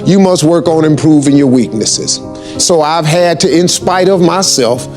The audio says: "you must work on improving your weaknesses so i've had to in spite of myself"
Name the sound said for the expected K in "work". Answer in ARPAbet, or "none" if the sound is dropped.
K